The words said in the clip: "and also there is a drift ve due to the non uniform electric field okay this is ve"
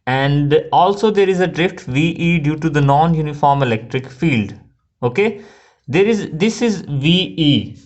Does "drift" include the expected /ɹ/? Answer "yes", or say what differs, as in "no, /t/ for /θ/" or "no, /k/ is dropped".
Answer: yes